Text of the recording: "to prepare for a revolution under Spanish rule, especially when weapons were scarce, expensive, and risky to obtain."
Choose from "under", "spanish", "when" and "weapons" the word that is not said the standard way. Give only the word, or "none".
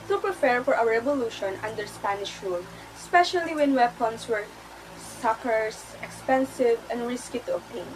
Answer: weapons